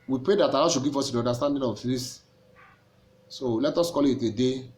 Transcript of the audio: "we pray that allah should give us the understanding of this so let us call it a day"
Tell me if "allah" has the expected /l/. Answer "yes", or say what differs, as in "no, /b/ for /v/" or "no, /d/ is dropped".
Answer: no, /n/ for /l/